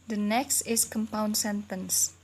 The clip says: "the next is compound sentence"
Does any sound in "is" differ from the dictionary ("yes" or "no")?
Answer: yes